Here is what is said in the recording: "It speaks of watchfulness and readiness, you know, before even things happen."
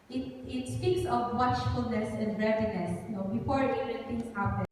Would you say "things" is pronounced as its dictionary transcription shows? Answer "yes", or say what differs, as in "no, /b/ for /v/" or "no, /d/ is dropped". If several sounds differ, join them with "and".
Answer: no, /t/ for /θ/